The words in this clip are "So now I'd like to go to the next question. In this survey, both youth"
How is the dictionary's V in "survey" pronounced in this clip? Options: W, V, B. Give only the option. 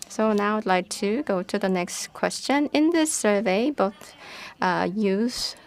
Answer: V